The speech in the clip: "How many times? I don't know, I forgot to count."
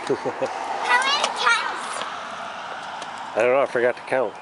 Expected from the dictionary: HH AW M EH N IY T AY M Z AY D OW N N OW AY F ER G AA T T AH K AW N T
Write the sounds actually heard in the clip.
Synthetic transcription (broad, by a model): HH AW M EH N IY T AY Z AY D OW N N OW AY F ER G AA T T AH K AW N T